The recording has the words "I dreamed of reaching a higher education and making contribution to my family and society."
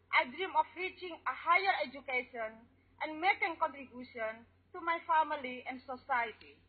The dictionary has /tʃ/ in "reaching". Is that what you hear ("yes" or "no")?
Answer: yes